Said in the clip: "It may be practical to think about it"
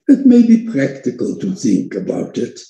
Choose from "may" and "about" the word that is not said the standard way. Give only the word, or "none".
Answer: none